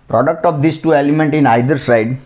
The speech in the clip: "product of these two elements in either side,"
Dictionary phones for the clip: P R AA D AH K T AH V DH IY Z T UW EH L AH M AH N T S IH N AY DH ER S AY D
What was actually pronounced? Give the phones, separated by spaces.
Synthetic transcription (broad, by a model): P R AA D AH K T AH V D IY S T UW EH L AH M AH N T IH N AY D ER S AY D